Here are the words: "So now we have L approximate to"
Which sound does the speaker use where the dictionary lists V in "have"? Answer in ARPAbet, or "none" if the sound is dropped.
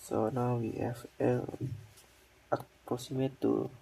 F